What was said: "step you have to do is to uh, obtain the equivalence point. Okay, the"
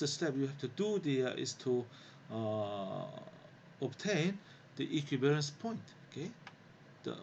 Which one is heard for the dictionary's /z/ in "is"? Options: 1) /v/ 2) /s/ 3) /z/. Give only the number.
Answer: 2